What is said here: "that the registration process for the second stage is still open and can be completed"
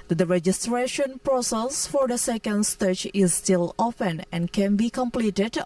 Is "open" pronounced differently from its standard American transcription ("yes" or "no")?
yes